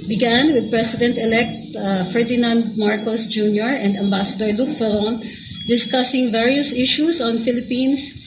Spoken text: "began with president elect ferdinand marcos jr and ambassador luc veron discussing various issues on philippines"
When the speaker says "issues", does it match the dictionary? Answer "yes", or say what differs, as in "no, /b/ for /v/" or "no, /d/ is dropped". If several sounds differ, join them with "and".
no, /s/ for /z/